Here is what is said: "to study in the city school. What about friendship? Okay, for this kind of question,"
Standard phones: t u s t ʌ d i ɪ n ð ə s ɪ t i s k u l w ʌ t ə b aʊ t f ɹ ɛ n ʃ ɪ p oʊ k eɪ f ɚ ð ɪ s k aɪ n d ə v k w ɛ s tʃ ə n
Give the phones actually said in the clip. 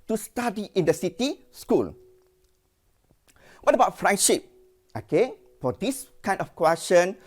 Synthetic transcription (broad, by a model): t u s t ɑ d i ɪ n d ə s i t i s k u l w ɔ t ə b aʊ t f ɹ ɛ n ʃ ɪ p oʊ k eɪ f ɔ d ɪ s k aɪ n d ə f k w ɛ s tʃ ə n